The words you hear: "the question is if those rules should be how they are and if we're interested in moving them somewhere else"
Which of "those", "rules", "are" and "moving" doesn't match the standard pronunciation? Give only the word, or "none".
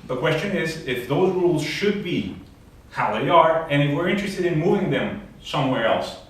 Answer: none